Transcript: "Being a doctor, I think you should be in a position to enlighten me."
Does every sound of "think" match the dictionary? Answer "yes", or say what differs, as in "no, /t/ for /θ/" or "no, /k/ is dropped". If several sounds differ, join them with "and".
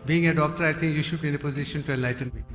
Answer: no, /t/ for /θ/